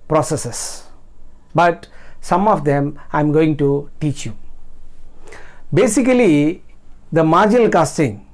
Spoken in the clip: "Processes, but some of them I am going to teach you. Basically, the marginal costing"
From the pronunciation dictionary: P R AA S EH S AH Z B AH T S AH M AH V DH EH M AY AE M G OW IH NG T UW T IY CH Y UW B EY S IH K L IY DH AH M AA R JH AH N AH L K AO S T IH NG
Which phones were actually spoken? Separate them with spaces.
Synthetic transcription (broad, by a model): P R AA S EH S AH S B AH T S AH M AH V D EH M AY M G OW IH NG T UW T IY CH Y UW B EY S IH K L IY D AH M AA R JH AH N AH L K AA S T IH NG